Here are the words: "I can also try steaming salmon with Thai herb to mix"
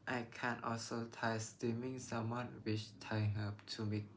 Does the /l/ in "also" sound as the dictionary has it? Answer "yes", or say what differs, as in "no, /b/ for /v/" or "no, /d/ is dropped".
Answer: yes